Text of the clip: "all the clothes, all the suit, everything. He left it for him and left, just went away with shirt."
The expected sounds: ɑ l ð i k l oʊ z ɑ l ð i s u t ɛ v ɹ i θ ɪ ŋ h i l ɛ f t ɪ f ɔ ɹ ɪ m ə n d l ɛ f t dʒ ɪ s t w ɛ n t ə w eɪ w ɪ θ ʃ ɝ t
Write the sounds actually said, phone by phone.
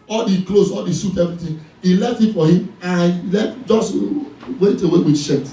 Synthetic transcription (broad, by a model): ɑ l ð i k l oʊ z ɑ l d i s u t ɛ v ɹ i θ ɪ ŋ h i l ɛ f t ɪ f ɔ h ɪ m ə l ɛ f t dʒ ɪ s t w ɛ t ə w eɪ w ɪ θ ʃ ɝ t